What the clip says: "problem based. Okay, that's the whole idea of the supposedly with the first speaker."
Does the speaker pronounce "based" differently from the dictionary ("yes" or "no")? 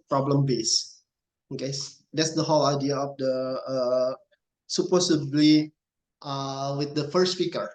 yes